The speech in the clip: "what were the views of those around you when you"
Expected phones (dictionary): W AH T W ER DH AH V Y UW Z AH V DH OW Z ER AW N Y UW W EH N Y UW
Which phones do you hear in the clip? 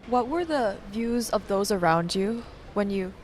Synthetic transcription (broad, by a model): W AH T W ER DH AH V Y UW Z AH V DH OW Z ER AW N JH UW W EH N Y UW